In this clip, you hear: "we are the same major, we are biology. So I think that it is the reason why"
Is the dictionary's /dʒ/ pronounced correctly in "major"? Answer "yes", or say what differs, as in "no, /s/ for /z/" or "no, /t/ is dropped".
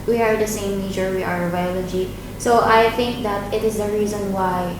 no, /tʃ/ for /dʒ/